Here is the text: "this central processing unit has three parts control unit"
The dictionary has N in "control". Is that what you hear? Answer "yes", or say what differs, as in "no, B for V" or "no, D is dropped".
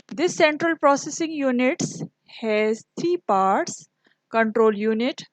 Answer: yes